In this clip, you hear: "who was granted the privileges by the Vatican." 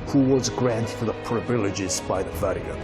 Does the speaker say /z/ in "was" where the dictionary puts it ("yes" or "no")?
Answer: yes